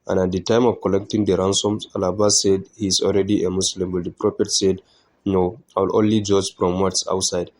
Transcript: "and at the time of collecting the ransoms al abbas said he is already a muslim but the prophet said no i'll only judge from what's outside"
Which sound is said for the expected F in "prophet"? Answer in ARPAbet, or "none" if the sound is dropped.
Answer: P